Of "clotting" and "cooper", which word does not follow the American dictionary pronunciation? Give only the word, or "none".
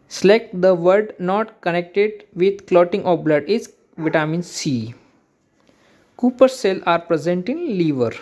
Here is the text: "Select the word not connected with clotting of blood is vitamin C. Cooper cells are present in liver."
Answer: none